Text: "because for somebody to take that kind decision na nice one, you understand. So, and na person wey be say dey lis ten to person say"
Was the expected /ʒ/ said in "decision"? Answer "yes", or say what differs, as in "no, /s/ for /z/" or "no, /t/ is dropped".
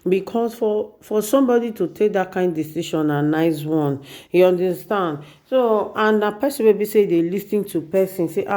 no, /ʃ/ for /ʒ/